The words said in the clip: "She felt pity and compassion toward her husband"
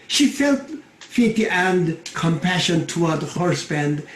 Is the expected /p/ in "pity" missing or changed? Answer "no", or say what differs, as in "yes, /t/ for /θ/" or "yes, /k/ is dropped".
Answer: yes, /f/ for /p/